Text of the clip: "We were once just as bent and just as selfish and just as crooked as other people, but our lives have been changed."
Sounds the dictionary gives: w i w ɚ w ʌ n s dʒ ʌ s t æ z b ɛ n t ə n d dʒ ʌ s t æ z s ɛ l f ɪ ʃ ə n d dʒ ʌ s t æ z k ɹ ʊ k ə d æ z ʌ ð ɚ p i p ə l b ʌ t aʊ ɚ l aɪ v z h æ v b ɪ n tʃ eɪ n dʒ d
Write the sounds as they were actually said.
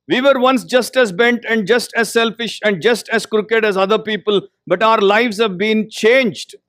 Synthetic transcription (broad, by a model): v i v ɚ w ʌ n s dʒ ʌ s t æ z b ɛ n t ə n d dʒ ʌ s t æ z s ɛ l f ɪ ʃ ə n d dʒ ʌ s t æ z k ɹ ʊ k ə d æ z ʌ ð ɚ p i p ə l b ʌ t aʊ ɚ l aɪ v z h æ v b ɪ n tʃ eɪ n dʒ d